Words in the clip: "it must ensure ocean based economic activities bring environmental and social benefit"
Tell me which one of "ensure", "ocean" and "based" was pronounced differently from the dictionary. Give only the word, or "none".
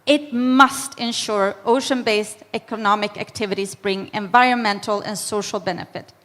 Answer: none